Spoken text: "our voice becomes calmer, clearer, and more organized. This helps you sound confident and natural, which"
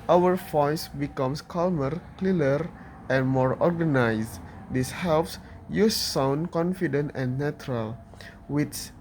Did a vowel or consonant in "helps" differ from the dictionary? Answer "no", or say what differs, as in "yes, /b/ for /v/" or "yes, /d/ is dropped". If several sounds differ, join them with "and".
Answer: no